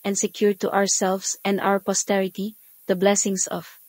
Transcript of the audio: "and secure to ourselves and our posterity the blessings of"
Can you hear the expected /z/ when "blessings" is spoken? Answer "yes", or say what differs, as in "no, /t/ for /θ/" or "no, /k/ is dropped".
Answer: no, /s/ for /z/